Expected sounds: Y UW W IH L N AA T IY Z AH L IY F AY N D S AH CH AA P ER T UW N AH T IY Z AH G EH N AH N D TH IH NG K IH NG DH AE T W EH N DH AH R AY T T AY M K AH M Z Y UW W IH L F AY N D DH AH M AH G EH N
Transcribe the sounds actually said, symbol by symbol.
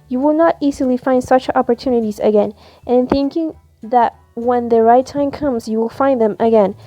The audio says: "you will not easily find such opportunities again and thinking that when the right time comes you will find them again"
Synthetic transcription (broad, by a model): Y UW W IH L N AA T IY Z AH L IY F AY N D S AH CH AA P ER T UW N AH T IY Z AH G EH N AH N TH IH NG K IH NG DH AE T W EH N DH AH R AY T T AY M K AH M Z Y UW W IH L F AY N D DH AH M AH G EH N